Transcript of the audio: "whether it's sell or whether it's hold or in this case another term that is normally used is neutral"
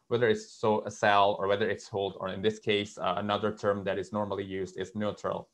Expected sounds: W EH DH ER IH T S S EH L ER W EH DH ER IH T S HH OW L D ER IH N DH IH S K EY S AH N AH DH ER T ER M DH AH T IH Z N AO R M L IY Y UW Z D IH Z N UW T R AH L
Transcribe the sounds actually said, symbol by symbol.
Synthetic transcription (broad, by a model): W EH DH ER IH T S S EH L ER W EH DH ER IH T S HH OW L D ER IH N DH IH S K EY S AH N AH DH ER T ER M DH AH T IH Z N AO R M L IY Y UW Z D IH Z N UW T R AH L